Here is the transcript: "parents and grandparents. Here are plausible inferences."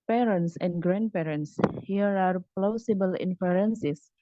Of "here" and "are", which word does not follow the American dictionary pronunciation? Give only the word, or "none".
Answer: none